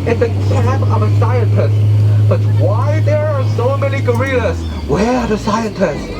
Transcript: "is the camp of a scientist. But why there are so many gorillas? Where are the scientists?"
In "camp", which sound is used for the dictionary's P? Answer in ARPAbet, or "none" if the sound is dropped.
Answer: none